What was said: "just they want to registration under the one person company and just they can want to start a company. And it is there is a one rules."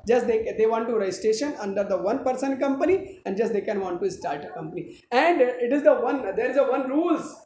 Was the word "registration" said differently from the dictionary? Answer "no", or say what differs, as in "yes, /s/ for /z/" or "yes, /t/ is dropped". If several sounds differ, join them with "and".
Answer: yes, /dʒ/ is dropped and /ɹ/ is dropped